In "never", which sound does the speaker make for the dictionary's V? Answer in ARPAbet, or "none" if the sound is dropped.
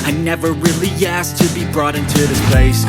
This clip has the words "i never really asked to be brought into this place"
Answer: V